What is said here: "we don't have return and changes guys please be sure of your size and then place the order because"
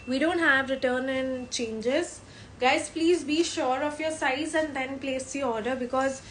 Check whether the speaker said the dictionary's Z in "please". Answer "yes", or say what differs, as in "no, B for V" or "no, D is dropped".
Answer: yes